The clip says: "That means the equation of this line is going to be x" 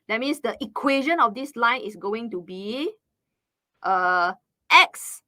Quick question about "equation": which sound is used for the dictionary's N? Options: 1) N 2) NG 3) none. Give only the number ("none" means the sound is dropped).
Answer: 1